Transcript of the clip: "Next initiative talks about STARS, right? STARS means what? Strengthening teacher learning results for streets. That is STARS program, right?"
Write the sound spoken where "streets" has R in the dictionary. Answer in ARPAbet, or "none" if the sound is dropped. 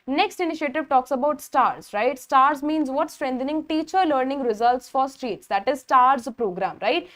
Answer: R